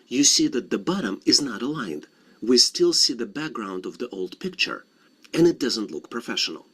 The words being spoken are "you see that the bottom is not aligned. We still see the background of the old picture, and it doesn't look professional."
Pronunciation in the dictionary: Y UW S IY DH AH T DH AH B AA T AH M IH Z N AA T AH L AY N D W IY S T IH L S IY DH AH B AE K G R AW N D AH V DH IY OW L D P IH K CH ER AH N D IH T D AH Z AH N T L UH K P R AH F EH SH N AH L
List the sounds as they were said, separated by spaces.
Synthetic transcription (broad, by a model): Y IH S IY DH AH T DH AH B AA T AH M IH Z N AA T AH L AY N D W IY S T IH L S IY DH AH B AE K G R AW N D AH V DH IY OW L D P IH K CH ER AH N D IH T D AH Z AH N T L UH K P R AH F EH SH N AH L